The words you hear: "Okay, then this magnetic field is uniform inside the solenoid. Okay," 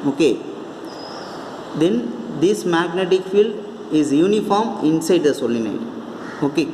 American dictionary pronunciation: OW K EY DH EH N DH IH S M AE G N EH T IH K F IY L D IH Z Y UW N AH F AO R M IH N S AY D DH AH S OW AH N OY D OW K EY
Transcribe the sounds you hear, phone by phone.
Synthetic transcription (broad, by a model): OW K EY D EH N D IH S M AE G N EH T IH K F IY L D IH Z Y UW N AH F AO R M IH N S AY D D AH S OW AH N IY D OW K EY